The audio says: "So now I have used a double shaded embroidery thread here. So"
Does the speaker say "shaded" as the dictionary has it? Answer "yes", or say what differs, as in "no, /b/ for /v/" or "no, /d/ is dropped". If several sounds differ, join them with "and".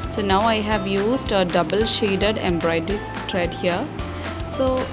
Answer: yes